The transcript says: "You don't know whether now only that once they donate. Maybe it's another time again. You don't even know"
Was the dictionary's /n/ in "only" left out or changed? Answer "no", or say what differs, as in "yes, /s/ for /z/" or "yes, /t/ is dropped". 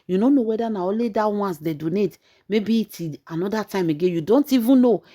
yes, /n/ is dropped